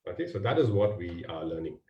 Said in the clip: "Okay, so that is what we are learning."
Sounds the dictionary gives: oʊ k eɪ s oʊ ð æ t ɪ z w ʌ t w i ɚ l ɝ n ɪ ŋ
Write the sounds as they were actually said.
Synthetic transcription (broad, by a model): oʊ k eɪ s oʊ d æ t ɪ z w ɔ t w i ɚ l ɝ n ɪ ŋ